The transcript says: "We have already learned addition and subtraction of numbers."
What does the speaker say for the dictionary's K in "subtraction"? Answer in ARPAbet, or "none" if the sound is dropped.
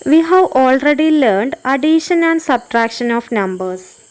K